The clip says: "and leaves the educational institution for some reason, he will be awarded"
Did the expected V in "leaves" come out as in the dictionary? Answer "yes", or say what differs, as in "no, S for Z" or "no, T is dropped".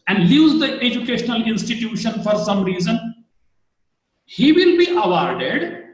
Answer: no, V is dropped